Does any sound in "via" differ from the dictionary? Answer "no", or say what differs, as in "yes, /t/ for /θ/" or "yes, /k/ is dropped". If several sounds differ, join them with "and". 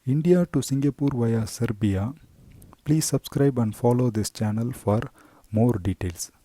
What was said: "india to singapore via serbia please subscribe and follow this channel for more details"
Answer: no